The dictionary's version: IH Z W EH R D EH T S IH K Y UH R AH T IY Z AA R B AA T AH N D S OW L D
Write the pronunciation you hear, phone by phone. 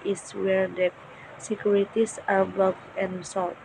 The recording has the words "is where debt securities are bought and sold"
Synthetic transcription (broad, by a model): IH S W EH R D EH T S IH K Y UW R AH T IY S AA R B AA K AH N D S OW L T